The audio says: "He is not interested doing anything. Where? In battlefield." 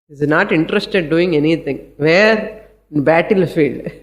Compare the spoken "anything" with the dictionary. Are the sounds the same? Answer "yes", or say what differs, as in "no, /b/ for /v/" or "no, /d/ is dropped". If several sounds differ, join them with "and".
no, /t/ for /θ/